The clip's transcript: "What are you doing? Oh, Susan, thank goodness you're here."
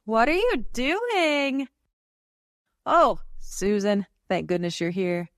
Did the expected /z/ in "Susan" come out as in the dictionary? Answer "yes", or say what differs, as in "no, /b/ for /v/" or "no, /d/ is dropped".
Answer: yes